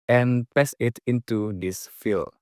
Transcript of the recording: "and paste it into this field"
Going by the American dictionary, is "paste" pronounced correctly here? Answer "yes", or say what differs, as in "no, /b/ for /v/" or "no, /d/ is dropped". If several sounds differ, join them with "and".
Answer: no, /t/ is dropped